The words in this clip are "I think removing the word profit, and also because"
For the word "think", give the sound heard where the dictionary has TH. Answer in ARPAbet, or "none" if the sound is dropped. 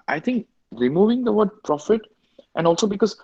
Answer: T